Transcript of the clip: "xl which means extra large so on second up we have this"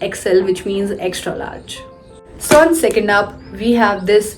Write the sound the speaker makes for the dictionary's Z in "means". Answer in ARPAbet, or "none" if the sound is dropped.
Z